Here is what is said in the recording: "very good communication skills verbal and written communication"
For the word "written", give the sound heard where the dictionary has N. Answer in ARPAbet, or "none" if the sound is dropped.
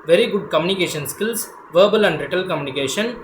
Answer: L